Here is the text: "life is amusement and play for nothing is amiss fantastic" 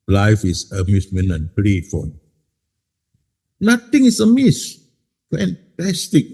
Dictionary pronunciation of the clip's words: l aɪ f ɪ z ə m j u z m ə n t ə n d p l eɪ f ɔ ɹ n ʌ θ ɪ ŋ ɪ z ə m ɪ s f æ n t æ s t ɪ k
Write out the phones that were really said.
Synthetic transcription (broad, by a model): l aɪ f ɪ s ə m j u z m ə n ə n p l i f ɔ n n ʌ t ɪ ŋ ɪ s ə m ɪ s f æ n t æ s t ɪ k